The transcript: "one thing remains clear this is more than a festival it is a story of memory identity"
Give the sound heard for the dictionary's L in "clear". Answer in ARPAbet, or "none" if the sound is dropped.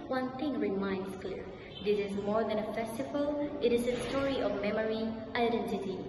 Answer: L